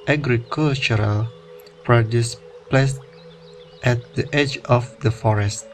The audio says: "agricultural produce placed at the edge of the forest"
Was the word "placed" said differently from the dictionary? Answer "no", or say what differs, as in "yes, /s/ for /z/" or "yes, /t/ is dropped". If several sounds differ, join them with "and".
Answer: no